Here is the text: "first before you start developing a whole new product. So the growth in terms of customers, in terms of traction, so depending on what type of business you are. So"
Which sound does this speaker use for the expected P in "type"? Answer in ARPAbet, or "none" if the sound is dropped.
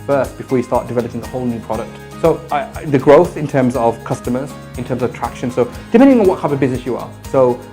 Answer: none